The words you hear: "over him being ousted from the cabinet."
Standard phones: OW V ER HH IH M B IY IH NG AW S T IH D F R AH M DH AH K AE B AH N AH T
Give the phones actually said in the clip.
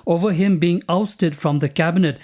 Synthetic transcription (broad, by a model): OW V ER HH IH M B IY IH NG AW S T IH D F R AH M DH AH K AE B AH N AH T